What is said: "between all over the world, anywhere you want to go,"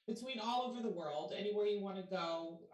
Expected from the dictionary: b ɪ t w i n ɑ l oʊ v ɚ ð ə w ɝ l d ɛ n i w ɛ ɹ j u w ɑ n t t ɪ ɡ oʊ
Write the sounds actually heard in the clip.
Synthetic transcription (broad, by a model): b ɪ t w i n ɑ l oʊ v ɚ ð ə w ɝ l d ɛ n i w ɛ ɹ j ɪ w ɑ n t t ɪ ɡ oʊ